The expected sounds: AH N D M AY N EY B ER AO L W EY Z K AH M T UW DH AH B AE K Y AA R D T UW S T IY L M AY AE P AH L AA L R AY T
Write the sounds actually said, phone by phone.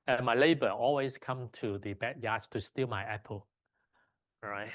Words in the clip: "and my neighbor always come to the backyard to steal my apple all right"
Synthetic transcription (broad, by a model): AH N M AY L EY B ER AO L W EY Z K AH M T UW DH AH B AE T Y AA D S T UW S T IY L M AY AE P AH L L R AY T